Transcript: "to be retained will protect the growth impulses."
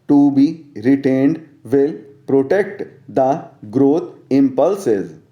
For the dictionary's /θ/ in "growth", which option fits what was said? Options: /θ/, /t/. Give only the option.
/t/